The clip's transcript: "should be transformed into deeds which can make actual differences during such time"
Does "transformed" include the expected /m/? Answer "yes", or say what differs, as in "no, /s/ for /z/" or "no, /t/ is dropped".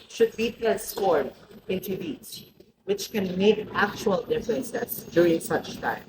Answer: no, /m/ is dropped